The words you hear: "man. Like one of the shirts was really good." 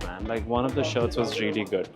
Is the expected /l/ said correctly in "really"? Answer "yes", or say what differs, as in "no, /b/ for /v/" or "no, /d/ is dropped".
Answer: yes